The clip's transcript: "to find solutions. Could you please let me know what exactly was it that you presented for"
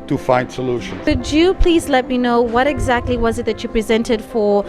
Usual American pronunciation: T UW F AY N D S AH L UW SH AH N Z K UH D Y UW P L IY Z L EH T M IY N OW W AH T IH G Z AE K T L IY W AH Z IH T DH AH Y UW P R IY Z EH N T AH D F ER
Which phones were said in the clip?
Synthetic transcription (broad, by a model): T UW F AY N D S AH L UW SH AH N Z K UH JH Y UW P L IY Z L EH T M IY N OW W AH T IH G Z AE K T L IY W AH Z IH T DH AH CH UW P R IY Z EH N T AH D F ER